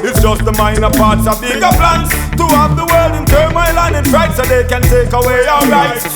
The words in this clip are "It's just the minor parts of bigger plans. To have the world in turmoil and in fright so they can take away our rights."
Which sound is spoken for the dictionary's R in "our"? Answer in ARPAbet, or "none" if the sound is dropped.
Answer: L